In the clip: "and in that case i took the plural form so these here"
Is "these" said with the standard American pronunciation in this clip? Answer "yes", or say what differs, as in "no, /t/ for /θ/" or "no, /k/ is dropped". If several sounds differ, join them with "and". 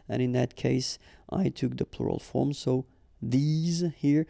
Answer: yes